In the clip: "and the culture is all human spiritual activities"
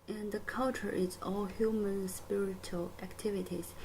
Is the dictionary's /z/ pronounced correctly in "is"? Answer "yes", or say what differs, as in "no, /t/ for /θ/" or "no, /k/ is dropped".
no, /s/ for /z/